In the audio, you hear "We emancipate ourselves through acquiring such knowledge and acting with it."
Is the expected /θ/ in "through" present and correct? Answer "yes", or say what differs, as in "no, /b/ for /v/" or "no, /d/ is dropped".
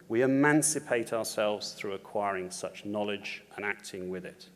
yes